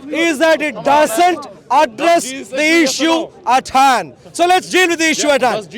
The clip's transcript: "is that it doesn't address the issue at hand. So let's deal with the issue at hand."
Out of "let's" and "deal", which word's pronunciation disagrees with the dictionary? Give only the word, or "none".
deal